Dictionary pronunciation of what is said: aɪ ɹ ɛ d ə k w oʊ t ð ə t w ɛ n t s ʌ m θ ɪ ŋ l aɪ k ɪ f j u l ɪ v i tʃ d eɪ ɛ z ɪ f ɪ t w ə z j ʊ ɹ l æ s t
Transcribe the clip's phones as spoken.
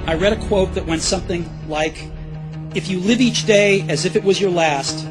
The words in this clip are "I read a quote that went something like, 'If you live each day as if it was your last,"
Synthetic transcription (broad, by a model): aɪ ɹ ɛ d ə k w oʊ t ð ə t w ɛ n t s ʌ m θ ɪ ŋ l aɪ k ɪ f j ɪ l ɪ v i tʃ d eɪ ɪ z ɪ f ɪ t w ə z j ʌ ɹ l æ s t